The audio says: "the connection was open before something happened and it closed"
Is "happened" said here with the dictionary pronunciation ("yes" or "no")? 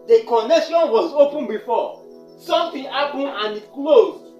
no